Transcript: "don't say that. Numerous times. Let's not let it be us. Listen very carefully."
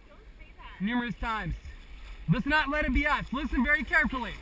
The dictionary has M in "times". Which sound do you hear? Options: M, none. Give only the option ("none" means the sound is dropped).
M